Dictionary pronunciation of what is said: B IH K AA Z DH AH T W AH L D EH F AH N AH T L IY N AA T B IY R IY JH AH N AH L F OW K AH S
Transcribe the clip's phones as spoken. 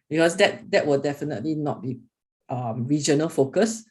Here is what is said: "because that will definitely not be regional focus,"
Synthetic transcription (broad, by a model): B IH K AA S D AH T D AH W D EH F AH N AH T L IY N AA T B IY R IY JH AH N AH L F OW K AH S